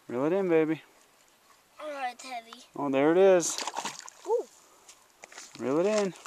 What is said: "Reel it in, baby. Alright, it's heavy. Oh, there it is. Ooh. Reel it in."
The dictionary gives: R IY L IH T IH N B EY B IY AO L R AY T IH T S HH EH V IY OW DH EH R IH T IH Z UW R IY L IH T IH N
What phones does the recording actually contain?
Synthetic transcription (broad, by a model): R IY L IH T IH N B EY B IY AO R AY IH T HH EH V IY OW DH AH R IH T IH Z UW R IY L IH T IH N